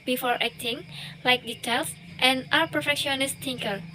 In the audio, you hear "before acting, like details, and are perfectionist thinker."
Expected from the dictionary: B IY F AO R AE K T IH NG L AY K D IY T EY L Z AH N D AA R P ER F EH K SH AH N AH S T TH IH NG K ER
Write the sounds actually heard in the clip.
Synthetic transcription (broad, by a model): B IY F AO R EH K T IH NG L AY K D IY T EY L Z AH N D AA W P ER F EH K SH AH N AH S T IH NG K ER